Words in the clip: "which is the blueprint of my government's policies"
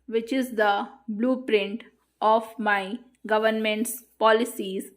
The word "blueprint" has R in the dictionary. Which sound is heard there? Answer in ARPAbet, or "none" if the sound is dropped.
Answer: R